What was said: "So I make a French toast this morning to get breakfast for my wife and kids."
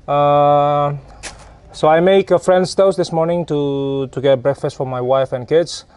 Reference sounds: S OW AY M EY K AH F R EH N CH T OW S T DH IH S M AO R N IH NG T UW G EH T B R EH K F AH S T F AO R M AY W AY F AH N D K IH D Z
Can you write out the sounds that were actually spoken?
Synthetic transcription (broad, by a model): S OW AY M EY K AH F R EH N S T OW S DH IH S M AO R N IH NG T UW G EH T B R EH K F AH S T F AO R M AY W AY F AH N K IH D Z